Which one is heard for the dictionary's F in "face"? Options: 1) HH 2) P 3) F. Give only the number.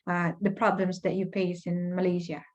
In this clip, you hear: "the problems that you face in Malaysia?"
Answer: 2